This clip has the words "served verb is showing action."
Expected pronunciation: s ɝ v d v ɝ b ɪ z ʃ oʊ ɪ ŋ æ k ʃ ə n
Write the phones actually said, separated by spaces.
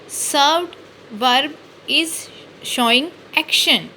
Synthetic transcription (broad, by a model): s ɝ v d v ɝ b ɪ z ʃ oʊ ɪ ŋ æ k ʃ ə n